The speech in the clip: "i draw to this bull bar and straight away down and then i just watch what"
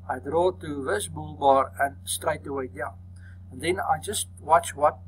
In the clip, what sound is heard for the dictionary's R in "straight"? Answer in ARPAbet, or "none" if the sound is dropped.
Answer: R